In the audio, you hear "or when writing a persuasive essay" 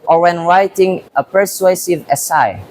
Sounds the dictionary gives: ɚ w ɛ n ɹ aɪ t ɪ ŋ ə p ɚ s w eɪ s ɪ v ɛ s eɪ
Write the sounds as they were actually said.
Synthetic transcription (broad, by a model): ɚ w ɛ n ɹ aɪ t ɪ ŋ ə p ɚ s w eɪ s ɪ v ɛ s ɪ